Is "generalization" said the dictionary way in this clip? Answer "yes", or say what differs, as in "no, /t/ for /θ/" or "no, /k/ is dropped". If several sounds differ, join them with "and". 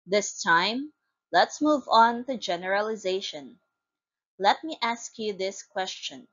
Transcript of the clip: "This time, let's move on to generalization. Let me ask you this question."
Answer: yes